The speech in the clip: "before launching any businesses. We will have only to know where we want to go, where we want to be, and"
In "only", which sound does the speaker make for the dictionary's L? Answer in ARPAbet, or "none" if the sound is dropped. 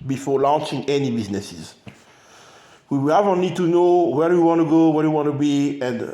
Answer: N